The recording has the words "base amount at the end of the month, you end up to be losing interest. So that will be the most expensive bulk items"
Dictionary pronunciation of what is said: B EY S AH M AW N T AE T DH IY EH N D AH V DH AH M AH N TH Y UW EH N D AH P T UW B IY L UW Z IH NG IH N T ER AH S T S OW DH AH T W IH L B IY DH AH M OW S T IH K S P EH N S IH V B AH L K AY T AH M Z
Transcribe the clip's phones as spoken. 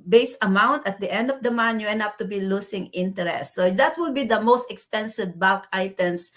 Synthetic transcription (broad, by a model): B EY S AH M AW N T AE T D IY EH N D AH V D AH M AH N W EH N AH P T UW B IY L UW S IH NG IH N T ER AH S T S OW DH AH T W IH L B IY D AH M OW S T IH K S P EH N S IH V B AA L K AY T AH M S